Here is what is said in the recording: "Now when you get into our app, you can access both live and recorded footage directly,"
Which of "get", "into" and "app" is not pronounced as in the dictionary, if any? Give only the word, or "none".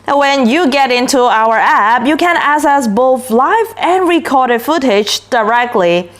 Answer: none